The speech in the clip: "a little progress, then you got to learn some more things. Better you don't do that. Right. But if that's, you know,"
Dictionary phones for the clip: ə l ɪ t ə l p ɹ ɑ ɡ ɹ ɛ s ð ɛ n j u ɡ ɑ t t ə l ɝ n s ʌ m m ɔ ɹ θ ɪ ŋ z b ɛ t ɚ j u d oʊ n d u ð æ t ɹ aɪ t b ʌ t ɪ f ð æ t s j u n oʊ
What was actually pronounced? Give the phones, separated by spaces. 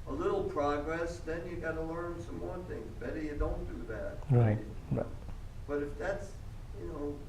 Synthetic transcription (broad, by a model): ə l ɪ t l p ɹ ɑ ɡ ɹ ɛ s ð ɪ n j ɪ ɡ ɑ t t ə l ɝ n s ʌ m m ɔ ɹ θ ɪ ŋ z b ɛ t ɚ j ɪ d oʊ n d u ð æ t ɹ aɪ t b ʌ t ɪ f ð æ t s j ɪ n oʊ